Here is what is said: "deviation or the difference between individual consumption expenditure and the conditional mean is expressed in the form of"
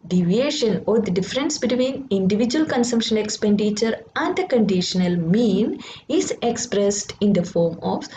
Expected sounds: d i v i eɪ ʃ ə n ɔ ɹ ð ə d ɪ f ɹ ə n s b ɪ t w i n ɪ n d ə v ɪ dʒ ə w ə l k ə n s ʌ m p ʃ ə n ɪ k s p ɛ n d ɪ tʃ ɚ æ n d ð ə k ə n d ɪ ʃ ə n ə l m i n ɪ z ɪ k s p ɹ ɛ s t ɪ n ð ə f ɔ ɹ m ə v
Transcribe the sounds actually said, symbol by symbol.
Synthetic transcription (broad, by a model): d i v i eɪ ʃ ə n ɔ ɹ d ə d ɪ f ɹ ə n s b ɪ t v i n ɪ n d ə v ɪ dʒ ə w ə l k ə n s ʌ m p ʃ ə n ɪ k s p ɛ n d ɪ tʃ ɚ æ n d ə k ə n d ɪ ʃ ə n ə l m i n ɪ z ɪ k s p ɹ ɛ s t ɪ n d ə f ɔ ɹ m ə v